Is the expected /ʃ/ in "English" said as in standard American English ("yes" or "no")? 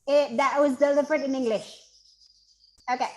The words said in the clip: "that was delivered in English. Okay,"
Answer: yes